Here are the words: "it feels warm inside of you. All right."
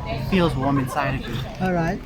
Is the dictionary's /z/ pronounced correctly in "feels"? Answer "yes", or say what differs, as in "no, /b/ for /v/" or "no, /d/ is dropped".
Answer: yes